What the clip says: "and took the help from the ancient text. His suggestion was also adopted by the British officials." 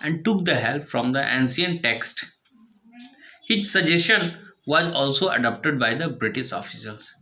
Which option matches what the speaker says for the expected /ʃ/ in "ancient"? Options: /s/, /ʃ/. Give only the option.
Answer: /s/